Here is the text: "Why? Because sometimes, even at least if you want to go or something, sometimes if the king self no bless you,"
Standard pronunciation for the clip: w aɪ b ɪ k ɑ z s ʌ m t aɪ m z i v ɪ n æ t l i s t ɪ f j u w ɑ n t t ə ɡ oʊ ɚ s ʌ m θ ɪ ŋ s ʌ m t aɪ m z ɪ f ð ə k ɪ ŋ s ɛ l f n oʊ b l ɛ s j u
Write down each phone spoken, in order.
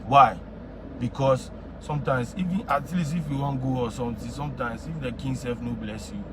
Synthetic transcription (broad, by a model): w aɪ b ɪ k ɑ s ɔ m t aɪ m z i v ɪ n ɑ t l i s ɪ f j u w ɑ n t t ɡ oʊ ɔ s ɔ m t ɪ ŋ s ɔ m t aɪ m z ɪ f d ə k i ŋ s ɛ l f n oʊ b l ɛ s j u